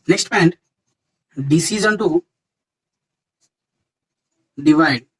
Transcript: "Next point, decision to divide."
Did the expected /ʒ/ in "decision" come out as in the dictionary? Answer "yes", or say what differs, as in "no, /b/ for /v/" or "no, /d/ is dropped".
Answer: no, /z/ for /ʒ/